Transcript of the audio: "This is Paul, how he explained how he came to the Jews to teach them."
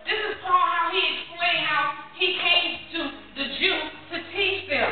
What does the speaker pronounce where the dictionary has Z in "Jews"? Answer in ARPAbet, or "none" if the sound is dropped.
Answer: none